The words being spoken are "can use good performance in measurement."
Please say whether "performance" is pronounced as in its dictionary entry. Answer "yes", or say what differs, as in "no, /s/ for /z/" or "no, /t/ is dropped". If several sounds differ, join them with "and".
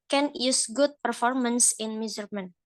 yes